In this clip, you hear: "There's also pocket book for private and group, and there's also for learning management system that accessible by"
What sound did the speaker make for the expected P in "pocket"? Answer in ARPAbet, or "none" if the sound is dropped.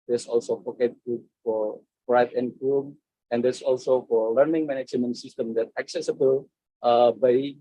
F